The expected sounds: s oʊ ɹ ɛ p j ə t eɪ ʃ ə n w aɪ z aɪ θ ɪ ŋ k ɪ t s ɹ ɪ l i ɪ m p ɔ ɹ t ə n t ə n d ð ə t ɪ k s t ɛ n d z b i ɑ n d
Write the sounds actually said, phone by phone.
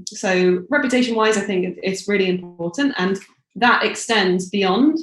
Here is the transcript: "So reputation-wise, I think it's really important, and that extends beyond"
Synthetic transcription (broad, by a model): s oʊ ɹ ɛ p j ə t eɪ ʃ ə n w aɪ z aɪ θ ɪ ŋ k ɪ t s ɹ ɪ l i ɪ m p ɔ t n t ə n ð ə t ɪ k s t ɛ n d z b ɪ ɑ n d